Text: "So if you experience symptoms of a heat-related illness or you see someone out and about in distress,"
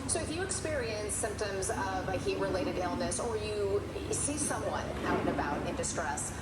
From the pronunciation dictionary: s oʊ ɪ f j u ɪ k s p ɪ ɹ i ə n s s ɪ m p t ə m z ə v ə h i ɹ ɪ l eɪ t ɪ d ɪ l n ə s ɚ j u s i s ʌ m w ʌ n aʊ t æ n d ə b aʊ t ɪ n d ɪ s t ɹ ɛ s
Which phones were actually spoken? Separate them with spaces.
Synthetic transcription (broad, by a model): s oʊ ɪ f j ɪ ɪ k s p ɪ ɹ i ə n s s ɪ m p t ə m z ə v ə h i ɹ ɪ l eɪ t ɪ d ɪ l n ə s ɚ j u s i s ʌ m w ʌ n aʊ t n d ə b aʊ t ɪ n d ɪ s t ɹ ɛ s